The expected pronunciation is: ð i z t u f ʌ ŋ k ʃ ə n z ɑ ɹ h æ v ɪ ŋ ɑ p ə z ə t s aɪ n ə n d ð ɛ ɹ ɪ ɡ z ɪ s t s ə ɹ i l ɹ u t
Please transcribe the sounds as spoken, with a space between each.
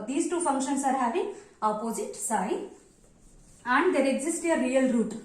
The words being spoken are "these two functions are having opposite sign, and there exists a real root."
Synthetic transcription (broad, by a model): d i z t u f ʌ ŋ k ʃ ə n s ɑ ɹ h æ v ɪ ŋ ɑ p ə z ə t s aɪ ə n d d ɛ ɹ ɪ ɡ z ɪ s t ə ɹ i l ɹ u t